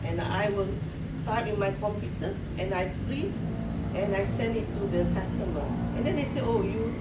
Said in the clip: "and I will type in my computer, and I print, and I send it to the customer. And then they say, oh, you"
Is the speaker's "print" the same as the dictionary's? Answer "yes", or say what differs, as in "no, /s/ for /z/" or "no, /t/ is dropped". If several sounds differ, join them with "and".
no, /n/ is dropped